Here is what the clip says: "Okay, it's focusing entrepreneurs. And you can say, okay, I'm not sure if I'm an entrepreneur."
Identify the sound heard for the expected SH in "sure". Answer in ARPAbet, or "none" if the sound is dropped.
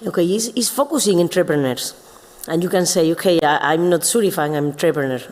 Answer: S